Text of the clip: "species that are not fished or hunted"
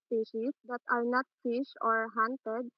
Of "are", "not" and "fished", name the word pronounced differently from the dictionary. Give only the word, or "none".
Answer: fished